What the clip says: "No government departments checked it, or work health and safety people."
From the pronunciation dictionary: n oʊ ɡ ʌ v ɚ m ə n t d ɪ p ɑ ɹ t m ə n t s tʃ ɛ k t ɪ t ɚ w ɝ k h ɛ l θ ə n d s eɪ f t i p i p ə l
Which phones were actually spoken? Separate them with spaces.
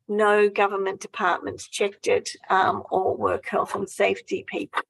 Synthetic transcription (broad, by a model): n oʊ ɡ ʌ v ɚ m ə n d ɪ p ɑ t m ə n t s tʃ ɛ k t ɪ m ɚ w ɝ k h ɛ l θ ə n s eɪ f t i p i p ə l